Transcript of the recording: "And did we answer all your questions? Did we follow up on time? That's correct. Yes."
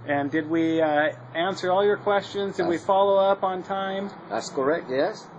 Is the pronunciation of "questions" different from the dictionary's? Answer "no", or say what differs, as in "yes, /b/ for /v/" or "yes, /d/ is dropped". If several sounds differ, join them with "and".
no